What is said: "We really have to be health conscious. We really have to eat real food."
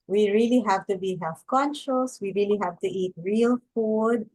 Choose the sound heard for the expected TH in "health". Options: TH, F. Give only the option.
F